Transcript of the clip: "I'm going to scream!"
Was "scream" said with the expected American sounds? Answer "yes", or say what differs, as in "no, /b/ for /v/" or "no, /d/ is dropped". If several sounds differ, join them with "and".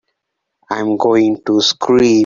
no, /m/ is dropped